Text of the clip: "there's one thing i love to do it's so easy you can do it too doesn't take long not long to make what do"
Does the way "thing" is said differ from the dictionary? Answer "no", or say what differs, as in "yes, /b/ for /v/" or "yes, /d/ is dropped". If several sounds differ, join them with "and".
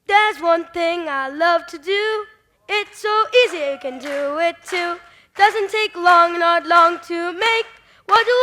no